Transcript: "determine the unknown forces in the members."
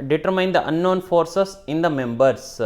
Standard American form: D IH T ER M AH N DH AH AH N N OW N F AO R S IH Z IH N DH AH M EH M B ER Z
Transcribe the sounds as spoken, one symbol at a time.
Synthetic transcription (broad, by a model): D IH T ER M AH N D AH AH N N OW N F AO R S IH S IH N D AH M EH M B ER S